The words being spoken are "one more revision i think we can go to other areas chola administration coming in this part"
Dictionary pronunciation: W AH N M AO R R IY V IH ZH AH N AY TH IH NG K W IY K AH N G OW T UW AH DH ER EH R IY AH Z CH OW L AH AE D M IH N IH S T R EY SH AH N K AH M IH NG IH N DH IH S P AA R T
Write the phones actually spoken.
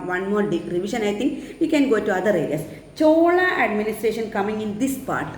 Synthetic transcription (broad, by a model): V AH N M AO R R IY V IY SH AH N AY T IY NG K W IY K AH N G OW T UW AH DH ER EH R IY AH S CH OW L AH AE D M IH N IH S T R EY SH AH N K AH M IH NG IH N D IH S P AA R T